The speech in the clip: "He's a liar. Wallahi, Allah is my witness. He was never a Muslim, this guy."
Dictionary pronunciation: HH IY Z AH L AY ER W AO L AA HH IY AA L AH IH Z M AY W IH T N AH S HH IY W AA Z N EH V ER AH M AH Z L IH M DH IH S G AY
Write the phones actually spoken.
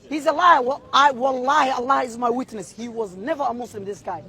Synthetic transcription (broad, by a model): HH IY Z AH L AY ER W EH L AA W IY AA L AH IH Z M AY W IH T N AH S HH IY W AA Z N EH V ER AH M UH S L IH M DH IH S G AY